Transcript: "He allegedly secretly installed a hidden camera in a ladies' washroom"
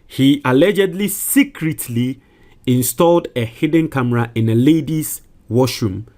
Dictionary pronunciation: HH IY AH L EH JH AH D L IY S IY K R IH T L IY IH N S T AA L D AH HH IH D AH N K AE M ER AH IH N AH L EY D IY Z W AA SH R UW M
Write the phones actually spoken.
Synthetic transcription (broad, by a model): HH IY AH L EH JH AH D L IY S IY K R IH T L IY IH N S T AA L D AH HH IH D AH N K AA M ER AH IH N AH L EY D IY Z W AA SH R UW M